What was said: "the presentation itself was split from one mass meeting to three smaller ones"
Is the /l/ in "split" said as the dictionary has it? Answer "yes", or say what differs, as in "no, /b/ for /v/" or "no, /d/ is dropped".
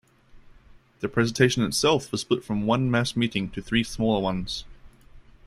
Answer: no, /l/ is dropped